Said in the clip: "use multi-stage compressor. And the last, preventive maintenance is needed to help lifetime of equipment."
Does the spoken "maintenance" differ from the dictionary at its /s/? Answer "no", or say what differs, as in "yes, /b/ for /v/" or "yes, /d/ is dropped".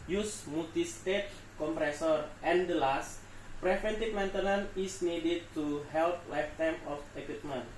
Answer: yes, /s/ is dropped